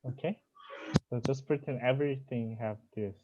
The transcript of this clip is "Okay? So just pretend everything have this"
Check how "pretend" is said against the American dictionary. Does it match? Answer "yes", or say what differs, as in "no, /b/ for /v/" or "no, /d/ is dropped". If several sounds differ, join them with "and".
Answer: no, /d/ is dropped